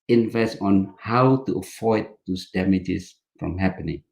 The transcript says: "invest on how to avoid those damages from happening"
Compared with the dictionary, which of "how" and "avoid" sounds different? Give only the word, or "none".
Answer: avoid